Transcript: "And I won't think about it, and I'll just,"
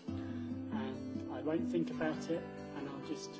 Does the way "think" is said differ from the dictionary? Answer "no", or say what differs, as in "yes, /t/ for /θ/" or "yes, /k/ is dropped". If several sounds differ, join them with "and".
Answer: no